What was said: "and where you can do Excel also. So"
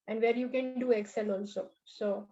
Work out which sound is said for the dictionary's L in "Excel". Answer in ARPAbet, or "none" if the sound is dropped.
L